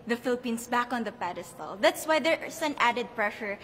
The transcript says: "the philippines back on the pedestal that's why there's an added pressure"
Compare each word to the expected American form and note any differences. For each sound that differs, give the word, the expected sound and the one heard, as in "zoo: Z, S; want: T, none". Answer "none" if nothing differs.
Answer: philippines: Z, S; there's: Z, S